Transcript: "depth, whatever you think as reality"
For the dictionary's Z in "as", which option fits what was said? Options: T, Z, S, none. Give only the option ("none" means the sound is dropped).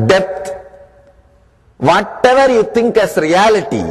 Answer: S